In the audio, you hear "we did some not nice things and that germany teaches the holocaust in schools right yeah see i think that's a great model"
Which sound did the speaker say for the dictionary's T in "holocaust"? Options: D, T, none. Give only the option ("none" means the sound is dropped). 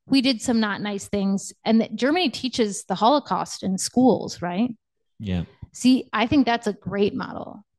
T